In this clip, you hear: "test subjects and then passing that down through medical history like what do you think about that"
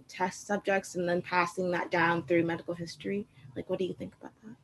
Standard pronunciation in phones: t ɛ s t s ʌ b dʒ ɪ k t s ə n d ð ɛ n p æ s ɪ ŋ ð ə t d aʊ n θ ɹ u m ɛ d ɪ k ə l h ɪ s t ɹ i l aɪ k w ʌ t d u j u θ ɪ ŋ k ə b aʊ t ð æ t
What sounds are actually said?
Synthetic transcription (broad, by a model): t ɛ s t s ʌ b dʒ ɪ k t s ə n ð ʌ n p æ s ɪ ŋ ð ə t d aʊ n θ ɹ u m ɛ d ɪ k l h ɪ s t ɹ i l aɪ k w ʌ t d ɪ j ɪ θ ɪ ŋ k ə b aʊ t ð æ t